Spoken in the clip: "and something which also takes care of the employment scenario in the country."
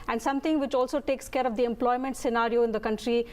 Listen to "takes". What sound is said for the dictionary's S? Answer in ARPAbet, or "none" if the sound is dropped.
S